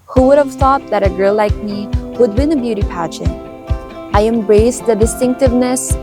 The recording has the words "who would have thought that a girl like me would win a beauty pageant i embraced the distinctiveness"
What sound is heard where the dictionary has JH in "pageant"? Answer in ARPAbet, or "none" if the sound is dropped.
SH